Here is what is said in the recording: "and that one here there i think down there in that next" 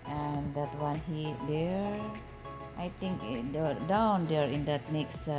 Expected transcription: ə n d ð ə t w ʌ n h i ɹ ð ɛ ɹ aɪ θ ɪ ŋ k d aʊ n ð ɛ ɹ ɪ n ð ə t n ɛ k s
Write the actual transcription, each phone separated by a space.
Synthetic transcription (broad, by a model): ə n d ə t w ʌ n h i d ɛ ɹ aɪ t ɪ ŋ k d aʊ n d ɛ ɹ ɪ n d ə t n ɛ k s